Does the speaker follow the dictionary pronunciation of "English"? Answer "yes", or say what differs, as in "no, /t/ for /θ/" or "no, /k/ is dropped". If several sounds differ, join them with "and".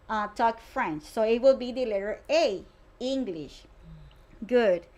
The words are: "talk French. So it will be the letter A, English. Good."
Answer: yes